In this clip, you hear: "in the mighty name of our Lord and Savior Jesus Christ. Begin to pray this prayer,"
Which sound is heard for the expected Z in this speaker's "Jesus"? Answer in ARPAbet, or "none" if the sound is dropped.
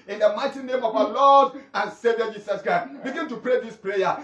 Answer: S